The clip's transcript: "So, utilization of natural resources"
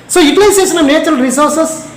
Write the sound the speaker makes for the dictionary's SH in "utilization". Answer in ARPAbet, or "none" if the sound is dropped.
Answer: S